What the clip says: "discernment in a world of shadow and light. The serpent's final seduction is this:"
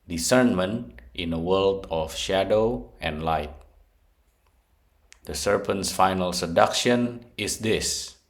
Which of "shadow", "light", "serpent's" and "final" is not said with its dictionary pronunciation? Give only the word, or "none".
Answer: none